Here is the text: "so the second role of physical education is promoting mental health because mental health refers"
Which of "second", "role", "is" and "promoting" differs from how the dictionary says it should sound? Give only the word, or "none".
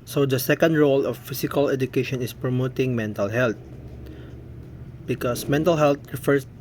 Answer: is